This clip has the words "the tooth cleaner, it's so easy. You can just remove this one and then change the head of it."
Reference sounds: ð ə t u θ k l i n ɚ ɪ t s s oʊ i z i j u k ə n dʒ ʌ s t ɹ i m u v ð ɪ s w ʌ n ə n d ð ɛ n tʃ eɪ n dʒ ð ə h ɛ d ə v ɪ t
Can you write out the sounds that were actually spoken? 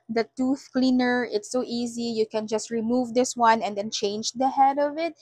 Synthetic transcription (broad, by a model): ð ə t u θ k l i n ɚ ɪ t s s oʊ i z i j u k ə n dʒ ʌ s t ɹ i m u v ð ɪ s w ʌ n ə n d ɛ n tʃ eɪ n dʒ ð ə h ɛ d ə v ɪ t